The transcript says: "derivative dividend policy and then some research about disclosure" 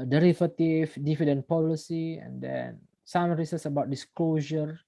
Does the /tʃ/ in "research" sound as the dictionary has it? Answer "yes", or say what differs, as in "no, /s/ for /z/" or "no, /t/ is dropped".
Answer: no, /s/ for /tʃ/